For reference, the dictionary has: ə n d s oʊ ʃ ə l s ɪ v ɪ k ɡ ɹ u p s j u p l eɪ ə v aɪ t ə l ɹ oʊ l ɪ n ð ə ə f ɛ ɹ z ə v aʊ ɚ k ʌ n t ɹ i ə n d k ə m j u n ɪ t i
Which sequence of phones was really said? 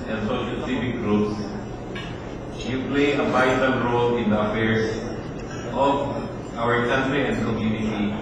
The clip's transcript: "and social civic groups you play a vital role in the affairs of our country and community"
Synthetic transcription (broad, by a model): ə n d s oʊ ʃ ə l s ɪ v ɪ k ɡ ɹ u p s j u p l eɪ ə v aɪ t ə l ɹ oʊ l ɪ n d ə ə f ɛ ɹ s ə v aʊ ɚ k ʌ n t ɹ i ə n d k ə m j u n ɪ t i